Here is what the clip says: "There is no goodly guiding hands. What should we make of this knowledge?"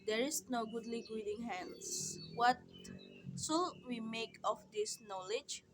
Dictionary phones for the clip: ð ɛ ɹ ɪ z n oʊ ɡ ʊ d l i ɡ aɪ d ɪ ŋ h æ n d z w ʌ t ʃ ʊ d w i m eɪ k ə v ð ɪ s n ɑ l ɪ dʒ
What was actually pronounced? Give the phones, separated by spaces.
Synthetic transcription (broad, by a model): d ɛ ɹ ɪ s n oʊ ɡ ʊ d l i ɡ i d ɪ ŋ h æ n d s w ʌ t s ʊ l w i m eɪ k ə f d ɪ s n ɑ l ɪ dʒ